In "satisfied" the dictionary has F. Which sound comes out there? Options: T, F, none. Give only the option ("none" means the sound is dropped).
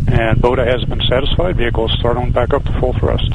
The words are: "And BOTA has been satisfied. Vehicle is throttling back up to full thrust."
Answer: F